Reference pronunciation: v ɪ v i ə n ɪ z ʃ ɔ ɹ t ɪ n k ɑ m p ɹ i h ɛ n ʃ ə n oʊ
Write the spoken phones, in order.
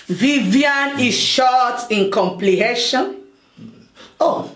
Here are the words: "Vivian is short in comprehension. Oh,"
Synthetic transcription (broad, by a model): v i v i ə n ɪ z ʃ ɔ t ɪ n k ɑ m p l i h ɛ ʃ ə n oʊ